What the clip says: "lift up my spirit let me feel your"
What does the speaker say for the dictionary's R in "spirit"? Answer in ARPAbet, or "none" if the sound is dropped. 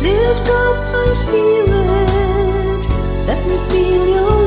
L